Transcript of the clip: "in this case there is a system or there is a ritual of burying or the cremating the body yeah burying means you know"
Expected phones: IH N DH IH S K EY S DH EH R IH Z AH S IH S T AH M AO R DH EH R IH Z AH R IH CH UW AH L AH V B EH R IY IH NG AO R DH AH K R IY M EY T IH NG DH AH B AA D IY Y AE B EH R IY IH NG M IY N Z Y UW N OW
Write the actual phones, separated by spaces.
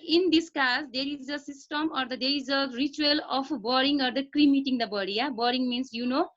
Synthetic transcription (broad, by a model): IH N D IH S K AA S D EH R IH Z AH S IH S T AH M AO R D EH R IH Z AH R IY CH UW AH L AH P B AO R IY NG AO R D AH K R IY M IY T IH NG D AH B AA D IY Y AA B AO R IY NG M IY N S Y UW N OW